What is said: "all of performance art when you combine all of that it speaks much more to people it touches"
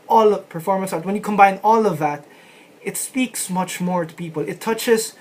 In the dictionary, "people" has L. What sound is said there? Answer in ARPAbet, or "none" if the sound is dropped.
L